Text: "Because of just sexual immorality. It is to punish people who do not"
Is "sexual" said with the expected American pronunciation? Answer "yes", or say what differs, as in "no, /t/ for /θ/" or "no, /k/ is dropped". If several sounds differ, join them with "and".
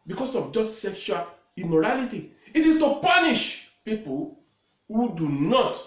yes